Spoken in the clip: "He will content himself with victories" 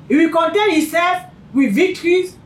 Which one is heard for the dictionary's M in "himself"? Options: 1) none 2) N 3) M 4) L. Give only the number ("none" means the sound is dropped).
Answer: 1